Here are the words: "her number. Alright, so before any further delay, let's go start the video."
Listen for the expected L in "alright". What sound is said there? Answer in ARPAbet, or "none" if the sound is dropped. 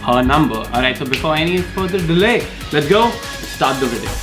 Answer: none